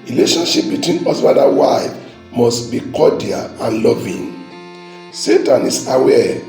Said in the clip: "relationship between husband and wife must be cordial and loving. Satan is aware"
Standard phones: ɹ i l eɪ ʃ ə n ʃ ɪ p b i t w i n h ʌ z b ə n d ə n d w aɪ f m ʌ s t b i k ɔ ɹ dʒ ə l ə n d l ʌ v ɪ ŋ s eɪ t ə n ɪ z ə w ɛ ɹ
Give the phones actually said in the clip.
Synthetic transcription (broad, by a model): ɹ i l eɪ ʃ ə n ʃ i p b i t w i n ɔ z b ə d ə w aɪ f m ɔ s t b i k ɔ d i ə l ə n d l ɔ v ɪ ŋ s eɪ t ə n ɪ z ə w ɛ